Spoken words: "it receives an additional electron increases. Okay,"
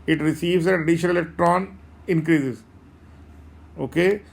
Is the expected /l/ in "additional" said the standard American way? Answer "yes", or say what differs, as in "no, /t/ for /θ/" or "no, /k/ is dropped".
no, /n/ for /l/